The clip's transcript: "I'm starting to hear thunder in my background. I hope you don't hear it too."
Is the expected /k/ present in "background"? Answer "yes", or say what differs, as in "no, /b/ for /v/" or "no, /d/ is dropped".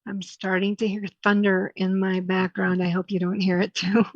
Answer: yes